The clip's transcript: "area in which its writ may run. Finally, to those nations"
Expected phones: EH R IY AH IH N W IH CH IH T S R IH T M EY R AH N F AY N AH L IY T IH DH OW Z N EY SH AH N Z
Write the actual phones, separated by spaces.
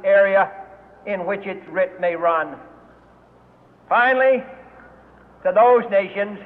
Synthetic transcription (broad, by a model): EH R IY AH IH N W IH CH IH T S R IH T M EY R AH N F AY N L IY T IH DH OW Z N EY SH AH N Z